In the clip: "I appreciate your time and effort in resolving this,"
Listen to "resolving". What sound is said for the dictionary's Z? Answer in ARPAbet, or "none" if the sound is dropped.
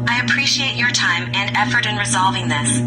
Z